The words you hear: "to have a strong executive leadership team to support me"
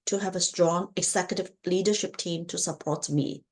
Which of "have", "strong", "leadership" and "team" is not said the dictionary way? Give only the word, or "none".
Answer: none